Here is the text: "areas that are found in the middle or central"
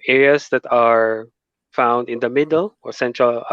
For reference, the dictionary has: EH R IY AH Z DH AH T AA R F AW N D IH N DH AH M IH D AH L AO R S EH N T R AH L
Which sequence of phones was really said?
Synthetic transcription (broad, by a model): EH R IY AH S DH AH T AA R F AW N D IH N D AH M IH D AH L AO R S EH N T R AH L